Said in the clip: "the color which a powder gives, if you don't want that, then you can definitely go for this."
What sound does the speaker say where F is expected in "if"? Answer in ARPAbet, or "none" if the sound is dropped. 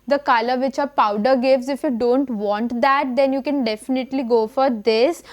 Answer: F